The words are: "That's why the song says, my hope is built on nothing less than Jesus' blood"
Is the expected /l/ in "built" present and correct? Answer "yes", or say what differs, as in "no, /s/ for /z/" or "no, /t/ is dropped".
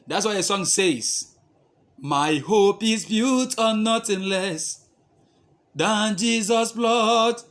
no, /l/ is dropped